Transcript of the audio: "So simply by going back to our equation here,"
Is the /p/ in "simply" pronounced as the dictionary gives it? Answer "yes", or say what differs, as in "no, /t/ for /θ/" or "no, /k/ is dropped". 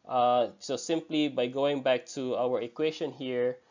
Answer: yes